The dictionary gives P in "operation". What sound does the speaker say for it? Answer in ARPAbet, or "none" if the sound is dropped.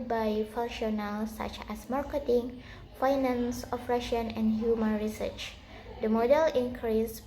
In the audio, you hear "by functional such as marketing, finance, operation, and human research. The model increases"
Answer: F